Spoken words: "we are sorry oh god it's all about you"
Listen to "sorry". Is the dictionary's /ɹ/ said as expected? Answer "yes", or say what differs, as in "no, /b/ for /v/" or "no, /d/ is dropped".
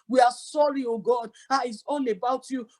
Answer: yes